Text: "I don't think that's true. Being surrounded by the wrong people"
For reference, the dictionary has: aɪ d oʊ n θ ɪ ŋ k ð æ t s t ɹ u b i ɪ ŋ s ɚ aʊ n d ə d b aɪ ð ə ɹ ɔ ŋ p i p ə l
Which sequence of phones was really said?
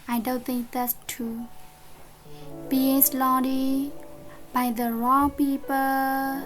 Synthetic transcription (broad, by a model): aɪ d oʊ n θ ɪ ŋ k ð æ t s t u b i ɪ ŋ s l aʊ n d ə b aɪ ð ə ɹ ɔ ŋ p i p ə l